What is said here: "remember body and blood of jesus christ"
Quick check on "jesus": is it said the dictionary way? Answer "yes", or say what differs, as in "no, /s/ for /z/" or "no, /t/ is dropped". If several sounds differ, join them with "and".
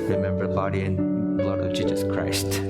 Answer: yes